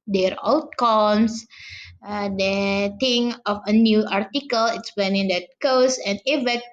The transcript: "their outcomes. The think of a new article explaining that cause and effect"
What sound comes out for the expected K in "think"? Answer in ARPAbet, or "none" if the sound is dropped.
none